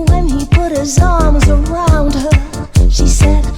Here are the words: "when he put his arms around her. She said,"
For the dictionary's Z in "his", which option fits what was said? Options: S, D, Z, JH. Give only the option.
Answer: Z